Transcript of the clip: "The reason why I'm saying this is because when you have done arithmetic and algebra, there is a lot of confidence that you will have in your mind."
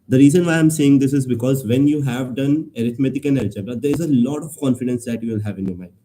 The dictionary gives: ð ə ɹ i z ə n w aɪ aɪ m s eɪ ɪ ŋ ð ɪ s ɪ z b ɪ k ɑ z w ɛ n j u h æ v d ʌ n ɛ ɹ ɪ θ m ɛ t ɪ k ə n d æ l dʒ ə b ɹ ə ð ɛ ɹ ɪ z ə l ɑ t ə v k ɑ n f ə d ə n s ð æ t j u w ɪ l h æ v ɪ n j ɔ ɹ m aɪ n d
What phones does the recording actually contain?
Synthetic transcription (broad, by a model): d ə ɹ i z ə n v aɪ aɪ m s eɪ ɪ ŋ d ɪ s ɪ z b ɪ k ɑ z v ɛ n j u h æ v d ʌ n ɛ ɹ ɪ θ m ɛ t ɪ k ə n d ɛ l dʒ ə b ə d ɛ ɹ ɪ z ə l ɑ t ə v k ɑ n f ə d ə n s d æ t j u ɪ l h æ v ɪ n j ɔ ɹ m aɪ n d